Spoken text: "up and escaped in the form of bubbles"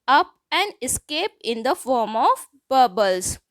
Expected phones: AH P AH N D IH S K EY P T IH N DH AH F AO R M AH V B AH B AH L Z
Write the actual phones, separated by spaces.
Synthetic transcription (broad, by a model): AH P AH N D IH S K EY P IH N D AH F AO R M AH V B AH B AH L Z